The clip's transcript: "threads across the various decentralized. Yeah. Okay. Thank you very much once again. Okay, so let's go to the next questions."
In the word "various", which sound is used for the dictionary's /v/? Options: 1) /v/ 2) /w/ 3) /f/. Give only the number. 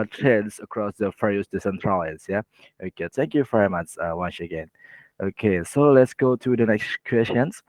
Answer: 3